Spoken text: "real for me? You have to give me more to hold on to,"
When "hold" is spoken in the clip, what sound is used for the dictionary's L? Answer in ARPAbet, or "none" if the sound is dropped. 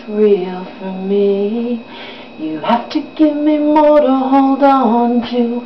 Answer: L